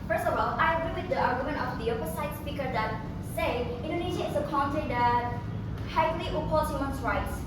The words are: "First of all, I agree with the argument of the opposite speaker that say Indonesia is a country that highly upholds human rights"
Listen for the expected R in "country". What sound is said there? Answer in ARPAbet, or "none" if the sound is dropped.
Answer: none